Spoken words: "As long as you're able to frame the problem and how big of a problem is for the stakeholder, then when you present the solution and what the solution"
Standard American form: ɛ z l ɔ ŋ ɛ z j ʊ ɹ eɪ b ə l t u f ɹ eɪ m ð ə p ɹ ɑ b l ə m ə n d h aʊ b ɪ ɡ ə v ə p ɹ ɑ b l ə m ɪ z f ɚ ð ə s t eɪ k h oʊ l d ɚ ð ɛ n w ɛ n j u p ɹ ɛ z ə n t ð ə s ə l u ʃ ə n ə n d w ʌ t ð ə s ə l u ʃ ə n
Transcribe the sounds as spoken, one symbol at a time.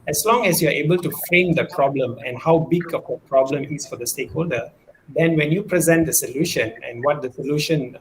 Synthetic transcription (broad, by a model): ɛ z l ɔ ŋ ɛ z j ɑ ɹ eɪ b ə l t u f ɹ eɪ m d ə p ɹ ɑ b l ə m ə n h aʊ b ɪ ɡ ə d ə p ɹ ɑ b l ə m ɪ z f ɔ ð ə s t eɪ k h oʊ l d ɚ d ɛ n w ɛ n j u p ɹ ɛ z ə n t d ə s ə l u ʃ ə n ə n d w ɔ t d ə s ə l u ʃ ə n